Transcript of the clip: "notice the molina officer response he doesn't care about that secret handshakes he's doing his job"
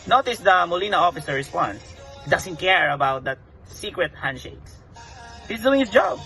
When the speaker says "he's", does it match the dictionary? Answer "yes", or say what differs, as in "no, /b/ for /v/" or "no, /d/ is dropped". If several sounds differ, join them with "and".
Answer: no, /s/ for /z/